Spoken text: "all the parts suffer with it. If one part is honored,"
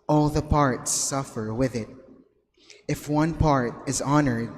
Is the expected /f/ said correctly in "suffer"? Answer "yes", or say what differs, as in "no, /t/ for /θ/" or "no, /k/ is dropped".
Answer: yes